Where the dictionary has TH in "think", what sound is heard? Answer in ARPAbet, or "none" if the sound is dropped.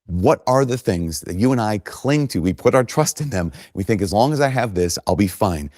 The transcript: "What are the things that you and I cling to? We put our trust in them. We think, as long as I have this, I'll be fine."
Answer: TH